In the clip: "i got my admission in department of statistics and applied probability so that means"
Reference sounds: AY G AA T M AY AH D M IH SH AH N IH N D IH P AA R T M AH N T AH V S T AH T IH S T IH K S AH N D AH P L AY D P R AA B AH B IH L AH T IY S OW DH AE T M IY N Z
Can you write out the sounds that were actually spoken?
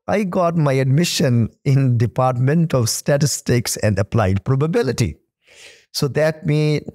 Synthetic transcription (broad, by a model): AY G AA T M AY AH D M IH SH AH N IH N D IH P AA R T M AH N T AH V S T AH T IH S T IH K S AH N D AH P L AY D P R AA B AH B IH L AH T IY S OW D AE T M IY